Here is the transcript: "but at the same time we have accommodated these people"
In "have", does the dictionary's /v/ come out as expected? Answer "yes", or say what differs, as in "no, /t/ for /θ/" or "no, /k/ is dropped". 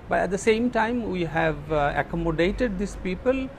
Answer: yes